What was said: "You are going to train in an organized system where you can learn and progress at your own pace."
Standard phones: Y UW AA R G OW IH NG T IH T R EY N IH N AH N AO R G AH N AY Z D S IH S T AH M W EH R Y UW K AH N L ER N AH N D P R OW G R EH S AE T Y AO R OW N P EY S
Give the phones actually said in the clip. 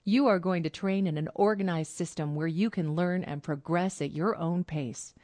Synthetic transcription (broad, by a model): Y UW AA R G OW IH NG T IH T R EY N IH N AH N AO R G AH N AY Z D S IH S T AH M W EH R Y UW K AH N L ER N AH N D P R OW G R EH S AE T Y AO R OW N P EY S